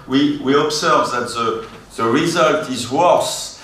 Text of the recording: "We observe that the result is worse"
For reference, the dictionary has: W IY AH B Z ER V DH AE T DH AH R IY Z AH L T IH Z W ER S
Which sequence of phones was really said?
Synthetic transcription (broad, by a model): W IY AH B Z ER V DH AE T DH AH R IY Z AH L T IH Z W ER S